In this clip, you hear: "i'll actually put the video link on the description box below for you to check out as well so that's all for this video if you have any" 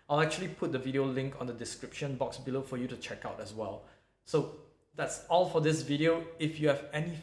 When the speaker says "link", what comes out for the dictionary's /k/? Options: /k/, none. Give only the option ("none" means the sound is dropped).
/k/